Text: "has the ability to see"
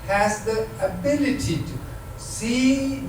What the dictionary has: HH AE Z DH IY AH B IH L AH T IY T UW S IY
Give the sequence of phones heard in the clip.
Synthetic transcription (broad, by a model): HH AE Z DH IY AH B IH L AH T IY T UW S IY